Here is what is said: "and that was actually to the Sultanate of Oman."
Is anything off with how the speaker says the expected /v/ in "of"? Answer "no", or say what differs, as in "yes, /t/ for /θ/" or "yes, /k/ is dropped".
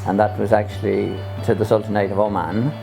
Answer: no